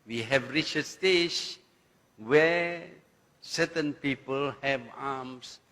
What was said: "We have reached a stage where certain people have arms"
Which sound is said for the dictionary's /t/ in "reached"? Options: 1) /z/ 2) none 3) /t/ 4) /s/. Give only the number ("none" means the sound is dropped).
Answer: 2